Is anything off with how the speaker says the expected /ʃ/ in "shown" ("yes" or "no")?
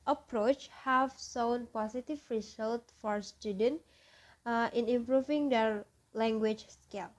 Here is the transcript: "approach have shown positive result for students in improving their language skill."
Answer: yes